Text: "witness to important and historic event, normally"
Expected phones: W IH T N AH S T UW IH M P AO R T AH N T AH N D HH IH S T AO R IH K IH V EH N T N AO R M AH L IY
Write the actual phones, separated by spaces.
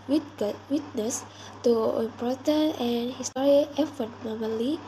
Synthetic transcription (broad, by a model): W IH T N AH S T UW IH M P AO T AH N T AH N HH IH S T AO R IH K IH F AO T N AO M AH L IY